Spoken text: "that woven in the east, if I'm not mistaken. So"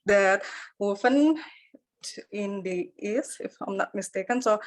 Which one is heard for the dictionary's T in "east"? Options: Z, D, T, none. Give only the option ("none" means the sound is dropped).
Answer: none